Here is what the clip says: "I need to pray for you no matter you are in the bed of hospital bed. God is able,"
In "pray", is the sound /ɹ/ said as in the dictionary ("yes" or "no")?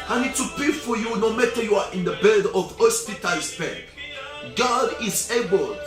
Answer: no